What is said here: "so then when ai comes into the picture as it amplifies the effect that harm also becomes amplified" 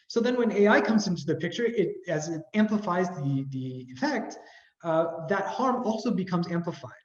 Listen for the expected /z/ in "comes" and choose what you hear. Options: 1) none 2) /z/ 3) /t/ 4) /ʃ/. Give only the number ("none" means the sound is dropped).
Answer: 2